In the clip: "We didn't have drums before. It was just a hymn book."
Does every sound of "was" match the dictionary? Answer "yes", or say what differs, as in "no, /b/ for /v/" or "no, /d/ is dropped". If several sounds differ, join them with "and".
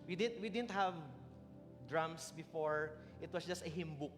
no, /s/ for /z/